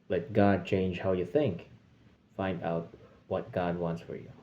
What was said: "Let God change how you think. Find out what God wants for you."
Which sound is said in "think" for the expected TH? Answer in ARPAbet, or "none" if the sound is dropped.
TH